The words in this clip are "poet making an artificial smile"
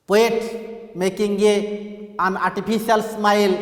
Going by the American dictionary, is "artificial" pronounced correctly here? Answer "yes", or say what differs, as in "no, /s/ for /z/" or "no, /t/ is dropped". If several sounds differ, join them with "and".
no, /p/ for /f/